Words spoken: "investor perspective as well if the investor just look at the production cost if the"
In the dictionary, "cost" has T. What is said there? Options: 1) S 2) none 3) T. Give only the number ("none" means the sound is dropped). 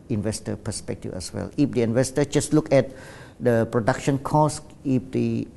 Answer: 2